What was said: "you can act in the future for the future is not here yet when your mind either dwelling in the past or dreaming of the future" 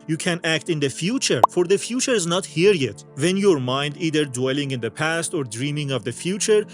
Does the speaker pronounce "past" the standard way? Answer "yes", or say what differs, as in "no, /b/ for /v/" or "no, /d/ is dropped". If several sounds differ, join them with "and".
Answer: yes